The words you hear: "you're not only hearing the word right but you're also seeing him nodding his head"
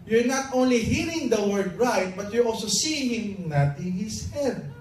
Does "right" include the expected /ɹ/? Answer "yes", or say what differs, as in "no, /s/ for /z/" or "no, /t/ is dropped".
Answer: yes